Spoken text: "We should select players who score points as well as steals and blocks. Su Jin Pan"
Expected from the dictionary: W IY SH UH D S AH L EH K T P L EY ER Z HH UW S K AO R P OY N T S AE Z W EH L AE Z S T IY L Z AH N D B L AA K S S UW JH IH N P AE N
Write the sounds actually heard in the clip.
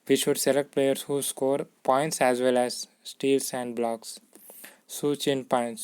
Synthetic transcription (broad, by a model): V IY SH UH D S AH L EH K T P L EY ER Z HH UW S K AO R P OY N T S AE Z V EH L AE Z S T IY L S AH N D B L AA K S S UW CH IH N P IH N